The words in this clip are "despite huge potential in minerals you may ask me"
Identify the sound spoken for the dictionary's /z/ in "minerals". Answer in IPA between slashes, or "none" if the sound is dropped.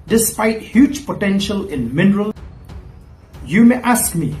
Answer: none